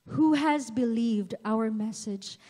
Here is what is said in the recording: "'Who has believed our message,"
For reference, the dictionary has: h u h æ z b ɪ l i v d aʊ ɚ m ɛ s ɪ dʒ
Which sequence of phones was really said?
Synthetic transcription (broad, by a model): h u h æ z b ɪ l i v d aʊ ɚ m ɛ s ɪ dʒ